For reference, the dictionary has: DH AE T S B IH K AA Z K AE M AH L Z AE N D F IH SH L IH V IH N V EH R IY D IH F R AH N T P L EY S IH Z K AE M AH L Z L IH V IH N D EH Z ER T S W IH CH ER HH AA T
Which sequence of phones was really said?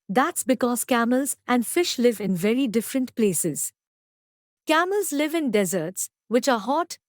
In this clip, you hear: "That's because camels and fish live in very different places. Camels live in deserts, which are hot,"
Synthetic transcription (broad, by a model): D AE T S B IH K AA Z K AE M AH L Z AE N D F IH SH L IH V IH N V EH R IY D IH F R AH N T P L EY S IH Z K AE M AH L Z L IH V IH N D EH Z ER T S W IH CH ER HH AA T